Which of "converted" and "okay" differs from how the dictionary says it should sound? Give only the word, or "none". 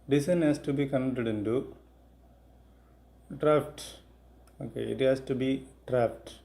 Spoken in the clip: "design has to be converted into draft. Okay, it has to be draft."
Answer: converted